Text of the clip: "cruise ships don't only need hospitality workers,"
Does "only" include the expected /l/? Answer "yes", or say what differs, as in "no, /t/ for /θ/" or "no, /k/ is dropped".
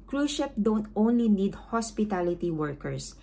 yes